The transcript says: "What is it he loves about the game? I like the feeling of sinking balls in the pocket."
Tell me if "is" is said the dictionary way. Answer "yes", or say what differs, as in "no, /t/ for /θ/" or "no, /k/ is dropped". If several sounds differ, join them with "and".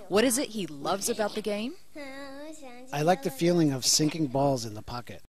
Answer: yes